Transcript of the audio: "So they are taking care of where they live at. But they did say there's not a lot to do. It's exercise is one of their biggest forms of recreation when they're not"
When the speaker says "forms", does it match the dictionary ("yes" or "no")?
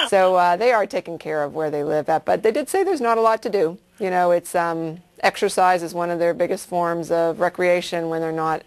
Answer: yes